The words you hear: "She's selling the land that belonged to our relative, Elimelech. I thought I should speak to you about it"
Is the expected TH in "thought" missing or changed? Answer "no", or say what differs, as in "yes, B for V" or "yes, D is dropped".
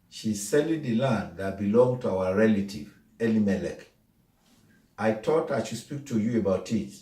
yes, T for TH